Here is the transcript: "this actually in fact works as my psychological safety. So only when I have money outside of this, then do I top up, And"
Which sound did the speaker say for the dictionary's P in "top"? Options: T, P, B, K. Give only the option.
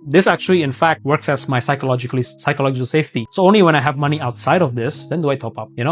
P